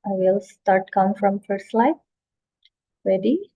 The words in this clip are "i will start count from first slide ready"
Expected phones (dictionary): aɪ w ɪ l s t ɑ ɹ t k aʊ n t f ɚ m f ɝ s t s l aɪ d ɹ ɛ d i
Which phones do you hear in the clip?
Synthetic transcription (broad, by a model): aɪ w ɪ l s t ɑ ɹ t k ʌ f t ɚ m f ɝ t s l aɪ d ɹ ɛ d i